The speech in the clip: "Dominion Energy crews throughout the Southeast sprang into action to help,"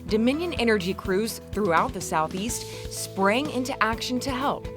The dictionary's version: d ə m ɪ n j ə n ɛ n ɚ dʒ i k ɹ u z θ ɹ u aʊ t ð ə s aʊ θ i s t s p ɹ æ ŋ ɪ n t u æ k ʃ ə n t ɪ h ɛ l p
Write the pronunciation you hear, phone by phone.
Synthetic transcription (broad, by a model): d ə m ɪ n j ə n ɛ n ɚ dʒ i k ɹ u z θ ɹ u aʊ t ð ə s aʊ θ i s t s p ɹ æ ŋ ɪ n t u æ k ʃ ə n t ɪ h ɛ l p